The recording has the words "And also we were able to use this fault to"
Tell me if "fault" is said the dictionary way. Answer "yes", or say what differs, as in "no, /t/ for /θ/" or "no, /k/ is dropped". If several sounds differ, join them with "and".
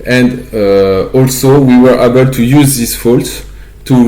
yes